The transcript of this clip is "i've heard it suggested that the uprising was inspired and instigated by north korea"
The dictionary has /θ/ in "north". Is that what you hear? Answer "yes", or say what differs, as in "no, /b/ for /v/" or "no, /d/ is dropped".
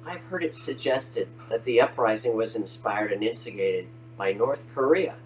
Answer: yes